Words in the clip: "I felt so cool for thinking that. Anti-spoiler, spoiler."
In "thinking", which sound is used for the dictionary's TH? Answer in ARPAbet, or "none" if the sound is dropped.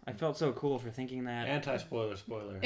TH